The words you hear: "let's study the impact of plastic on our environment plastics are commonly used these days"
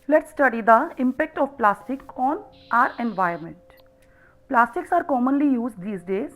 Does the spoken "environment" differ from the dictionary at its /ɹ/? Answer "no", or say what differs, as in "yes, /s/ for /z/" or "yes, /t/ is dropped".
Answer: yes, /ɹ/ is dropped